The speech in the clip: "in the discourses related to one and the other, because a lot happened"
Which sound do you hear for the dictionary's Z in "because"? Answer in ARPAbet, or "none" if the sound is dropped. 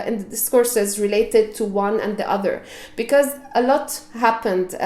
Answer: Z